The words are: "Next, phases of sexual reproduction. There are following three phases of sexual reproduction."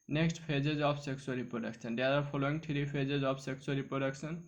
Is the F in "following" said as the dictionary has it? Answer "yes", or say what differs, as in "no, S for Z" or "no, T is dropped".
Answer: no, P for F